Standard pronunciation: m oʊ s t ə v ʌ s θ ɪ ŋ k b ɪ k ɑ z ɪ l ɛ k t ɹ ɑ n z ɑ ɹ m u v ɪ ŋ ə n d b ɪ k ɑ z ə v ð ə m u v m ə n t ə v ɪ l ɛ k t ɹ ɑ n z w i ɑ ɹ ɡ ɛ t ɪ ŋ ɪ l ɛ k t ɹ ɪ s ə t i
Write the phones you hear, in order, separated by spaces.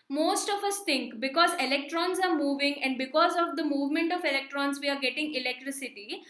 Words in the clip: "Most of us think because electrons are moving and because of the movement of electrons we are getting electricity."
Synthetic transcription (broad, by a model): m oʊ s t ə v ʌ s t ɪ ŋ k b ɪ k ɑ z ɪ l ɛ k t ɹ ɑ n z ɑ ɹ m u v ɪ ŋ ə n d b ɪ k ɑ z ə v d ə m u v m ə n t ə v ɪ l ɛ k t ɹ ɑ n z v i ɑ ɹ ɡ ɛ t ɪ ŋ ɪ l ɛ k t ɹ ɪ s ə t i